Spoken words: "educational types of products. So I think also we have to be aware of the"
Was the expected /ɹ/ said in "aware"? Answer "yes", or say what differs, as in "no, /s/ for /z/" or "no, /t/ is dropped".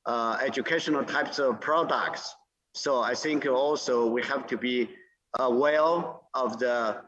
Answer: no, /l/ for /ɹ/